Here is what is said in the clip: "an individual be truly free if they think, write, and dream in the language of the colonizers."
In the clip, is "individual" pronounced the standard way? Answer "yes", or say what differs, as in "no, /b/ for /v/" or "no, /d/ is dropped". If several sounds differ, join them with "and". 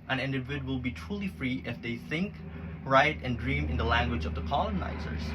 no, /w/ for /v/